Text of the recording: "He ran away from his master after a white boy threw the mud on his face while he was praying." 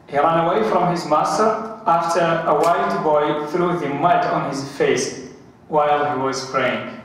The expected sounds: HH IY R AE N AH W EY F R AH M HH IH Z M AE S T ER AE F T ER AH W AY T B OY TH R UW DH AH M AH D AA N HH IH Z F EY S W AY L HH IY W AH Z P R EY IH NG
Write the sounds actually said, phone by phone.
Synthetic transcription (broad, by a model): HH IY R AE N AH W EY F R AH M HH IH Z M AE S T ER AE F T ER AH W AY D B OY TH R UW DH AH M AH D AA N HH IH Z F EY S W AY L HH IY W AH Z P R EY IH NG